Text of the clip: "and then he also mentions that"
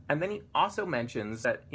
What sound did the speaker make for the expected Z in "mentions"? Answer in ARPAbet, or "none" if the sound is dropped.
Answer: Z